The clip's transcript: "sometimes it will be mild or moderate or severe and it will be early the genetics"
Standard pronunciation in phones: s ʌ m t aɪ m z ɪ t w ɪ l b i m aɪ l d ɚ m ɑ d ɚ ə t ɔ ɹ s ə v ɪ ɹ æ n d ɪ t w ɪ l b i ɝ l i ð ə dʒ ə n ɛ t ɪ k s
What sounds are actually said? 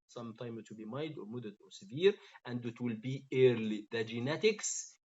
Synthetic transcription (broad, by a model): s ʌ m t aɪ m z ɪ t w ɪ l b i m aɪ d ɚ m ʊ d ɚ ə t ɔ ɹ s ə v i ɹ æ n d ɪ t w ɪ l b i ɝ l i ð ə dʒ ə n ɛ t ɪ k s